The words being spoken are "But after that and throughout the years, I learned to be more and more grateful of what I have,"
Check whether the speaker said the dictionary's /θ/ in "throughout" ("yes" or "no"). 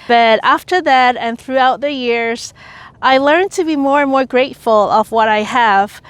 yes